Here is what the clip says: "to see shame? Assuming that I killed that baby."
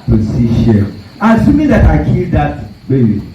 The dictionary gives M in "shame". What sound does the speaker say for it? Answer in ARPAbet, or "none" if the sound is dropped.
none